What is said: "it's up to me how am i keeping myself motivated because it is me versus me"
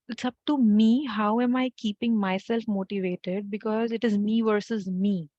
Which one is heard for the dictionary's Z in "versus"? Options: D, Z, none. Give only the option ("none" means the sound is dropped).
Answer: Z